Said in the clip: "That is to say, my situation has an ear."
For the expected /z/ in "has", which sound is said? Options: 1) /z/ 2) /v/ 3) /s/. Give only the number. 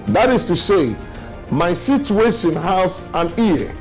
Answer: 3